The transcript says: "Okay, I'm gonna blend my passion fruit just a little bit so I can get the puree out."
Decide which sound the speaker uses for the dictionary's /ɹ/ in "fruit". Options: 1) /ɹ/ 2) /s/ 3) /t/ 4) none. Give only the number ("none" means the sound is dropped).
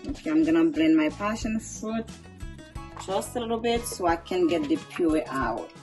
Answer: 4